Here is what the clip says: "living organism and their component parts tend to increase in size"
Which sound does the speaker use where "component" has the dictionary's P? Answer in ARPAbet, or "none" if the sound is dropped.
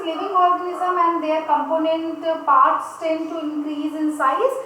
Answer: P